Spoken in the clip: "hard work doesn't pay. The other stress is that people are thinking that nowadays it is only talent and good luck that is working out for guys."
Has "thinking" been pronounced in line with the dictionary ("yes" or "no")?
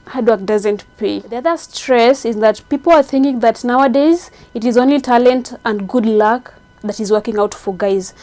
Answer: yes